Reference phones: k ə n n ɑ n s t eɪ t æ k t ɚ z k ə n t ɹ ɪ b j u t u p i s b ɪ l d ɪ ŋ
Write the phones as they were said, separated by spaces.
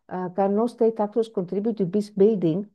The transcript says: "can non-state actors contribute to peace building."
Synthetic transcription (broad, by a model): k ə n n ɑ s t eɪ t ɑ k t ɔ s k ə n t ɹ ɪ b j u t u b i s b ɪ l d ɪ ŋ